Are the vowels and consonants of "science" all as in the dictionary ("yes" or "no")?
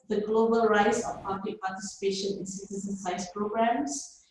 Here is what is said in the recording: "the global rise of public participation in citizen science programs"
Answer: no